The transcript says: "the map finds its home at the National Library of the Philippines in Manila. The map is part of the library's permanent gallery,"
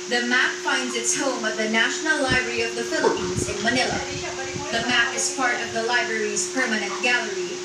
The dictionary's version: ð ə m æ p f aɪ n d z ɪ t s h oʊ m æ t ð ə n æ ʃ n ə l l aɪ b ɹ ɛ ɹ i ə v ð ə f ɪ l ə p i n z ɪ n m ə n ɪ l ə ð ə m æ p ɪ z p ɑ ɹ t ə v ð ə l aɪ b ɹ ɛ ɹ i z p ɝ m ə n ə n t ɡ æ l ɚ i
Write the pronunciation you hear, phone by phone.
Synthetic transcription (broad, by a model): ð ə m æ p f aɪ n d z ɪ t s h oʊ m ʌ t ð ə n æ ʃ n l l aɪ b ɹ ɛ ɹ i ə v ð ə f ɪ l ə p i n z ɪ n m ə n ɪ l ə ð ə m æ p ɪ z p ɑ ɹ t ə v ð ə l aɪ b ɹ ɛ ɹ i z p ɝ m ə n ə n t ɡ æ l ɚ i